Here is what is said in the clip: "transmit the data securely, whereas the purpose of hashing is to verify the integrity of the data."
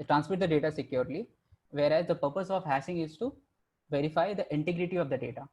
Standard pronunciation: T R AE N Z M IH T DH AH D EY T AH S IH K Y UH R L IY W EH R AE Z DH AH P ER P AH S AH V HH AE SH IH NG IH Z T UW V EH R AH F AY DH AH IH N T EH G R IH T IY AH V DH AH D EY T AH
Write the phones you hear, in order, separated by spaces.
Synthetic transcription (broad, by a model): T R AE N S M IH T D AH D EY T AH S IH K Y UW R L IY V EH R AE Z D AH P ER P AH S AH V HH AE S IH NG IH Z T UW V EH R AH F AY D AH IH N T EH G R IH T IY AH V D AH D EY T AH